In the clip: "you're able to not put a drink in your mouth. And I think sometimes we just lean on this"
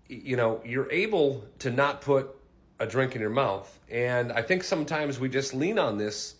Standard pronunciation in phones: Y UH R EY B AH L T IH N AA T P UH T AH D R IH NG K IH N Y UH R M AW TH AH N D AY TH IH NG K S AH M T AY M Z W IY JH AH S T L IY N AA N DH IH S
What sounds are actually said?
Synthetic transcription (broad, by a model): Y UH R EY B L T IH N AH T P UH T AH D R IH NG K IH N Y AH R M AW TH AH N AY TH IH NG K S AH M T AY M Z W IY JH AH S T L IY N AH N DH IH S